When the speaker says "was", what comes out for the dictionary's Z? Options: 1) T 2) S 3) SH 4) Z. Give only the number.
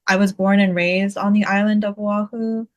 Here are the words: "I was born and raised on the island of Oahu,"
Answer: 4